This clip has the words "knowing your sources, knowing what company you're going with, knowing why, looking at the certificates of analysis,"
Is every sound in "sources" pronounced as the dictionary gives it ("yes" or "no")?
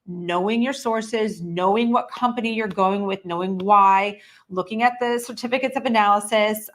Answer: yes